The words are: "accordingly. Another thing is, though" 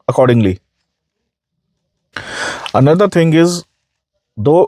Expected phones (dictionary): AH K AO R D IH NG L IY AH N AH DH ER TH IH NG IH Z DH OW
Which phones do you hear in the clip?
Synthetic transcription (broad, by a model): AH K AO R D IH NG L IY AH N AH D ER T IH NG IH Z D OW